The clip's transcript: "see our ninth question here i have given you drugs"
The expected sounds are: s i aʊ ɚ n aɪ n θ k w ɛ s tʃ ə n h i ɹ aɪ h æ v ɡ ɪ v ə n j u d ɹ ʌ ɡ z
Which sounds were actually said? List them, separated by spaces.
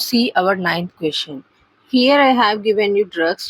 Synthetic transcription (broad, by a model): s i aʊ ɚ n aɪ n t k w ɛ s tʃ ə n h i ɹ aɪ h æ v ɡ ɪ v ə n j u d ɹ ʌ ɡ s